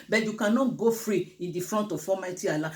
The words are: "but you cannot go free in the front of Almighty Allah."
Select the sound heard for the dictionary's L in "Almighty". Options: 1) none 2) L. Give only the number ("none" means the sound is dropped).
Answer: 1